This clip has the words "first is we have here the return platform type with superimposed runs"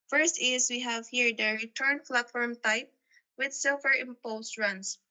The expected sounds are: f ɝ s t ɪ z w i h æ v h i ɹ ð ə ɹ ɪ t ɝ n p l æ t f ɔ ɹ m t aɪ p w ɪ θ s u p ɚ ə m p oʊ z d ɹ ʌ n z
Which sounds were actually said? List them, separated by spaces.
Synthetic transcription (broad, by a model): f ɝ s t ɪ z w i h æ v h i ɹ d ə ɹ ɪ t ɝ n f l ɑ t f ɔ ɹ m t aɪ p w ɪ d s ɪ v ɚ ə m p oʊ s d ɹ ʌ n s